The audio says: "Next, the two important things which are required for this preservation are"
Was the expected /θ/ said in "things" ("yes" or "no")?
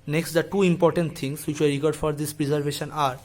no